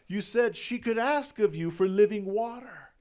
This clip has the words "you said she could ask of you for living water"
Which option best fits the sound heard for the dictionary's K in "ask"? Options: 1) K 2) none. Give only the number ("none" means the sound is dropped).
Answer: 1